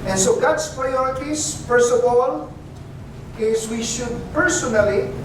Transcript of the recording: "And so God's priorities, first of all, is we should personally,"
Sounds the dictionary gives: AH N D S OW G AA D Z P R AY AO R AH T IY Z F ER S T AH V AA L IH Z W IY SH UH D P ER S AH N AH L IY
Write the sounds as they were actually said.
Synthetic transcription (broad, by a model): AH N S OW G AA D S P R AY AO R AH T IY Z F ER S T AH V AA L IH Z W IY SH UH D P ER S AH N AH L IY